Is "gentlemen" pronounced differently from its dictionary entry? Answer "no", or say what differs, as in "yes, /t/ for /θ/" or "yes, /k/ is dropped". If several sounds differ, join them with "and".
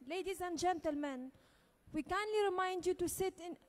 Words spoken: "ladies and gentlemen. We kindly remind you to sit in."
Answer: no